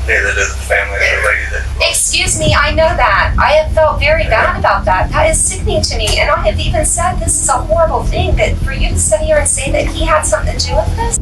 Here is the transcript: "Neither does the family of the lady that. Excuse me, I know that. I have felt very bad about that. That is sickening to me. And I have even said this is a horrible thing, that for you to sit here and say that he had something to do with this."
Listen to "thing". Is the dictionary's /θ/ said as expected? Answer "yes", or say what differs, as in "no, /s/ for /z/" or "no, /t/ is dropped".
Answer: yes